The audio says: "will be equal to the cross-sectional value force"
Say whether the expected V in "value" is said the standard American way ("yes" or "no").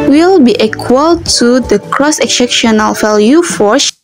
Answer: no